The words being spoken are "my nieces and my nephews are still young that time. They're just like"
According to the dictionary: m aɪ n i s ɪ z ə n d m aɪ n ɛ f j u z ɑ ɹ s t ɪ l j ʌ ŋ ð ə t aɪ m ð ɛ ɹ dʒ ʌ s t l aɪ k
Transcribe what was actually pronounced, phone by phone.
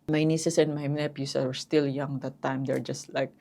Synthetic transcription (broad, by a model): m aɪ n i s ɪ s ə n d m aɪ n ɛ p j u s ɑ ɹ s t ɪ l j ʌ ŋ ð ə t aɪ m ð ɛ ɹ dʒ ʌ s t l aɪ k